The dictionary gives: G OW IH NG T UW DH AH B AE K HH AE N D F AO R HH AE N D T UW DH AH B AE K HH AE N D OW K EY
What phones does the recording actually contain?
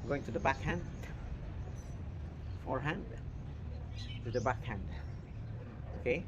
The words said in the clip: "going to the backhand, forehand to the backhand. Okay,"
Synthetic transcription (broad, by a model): G OW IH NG T UW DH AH B AE K HH AE N D F AO R HH AE N D T UW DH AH B AE K HH AE N D OW K EY